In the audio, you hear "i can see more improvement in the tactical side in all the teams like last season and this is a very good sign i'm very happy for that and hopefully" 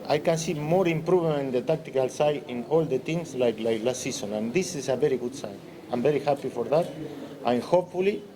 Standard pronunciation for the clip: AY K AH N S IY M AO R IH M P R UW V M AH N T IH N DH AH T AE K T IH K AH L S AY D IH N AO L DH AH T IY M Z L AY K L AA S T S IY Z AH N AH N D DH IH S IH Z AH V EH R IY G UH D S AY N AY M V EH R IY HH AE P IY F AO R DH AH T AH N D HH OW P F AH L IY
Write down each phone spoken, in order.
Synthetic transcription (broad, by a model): AY K AH N S IY M AO R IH M P R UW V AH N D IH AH T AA K T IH K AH L S AY IH N AO L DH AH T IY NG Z L AY K L AA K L S IY S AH N AH N D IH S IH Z AH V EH R IY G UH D S AY N AY M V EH R IY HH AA P IY F AO R DH AH T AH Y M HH OW P F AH L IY